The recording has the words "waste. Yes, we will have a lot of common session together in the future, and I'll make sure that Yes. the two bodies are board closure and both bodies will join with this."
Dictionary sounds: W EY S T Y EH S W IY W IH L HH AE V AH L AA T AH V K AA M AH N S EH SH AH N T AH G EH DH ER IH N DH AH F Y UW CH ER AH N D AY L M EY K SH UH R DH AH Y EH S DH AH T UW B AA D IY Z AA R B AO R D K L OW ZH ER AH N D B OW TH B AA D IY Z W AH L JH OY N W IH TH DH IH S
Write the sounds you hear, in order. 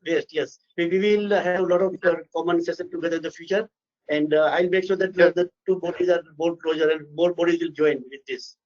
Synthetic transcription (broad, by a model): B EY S T Y EH S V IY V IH L HH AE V AH L AA T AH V K AA M AH N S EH S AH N T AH G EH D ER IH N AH F Y UW CH ER AH N D AY L M EY K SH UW R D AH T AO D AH T UW B AA D IY Z AA R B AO L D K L OW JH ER AH N D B OW B AA D IY Z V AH L JH OY N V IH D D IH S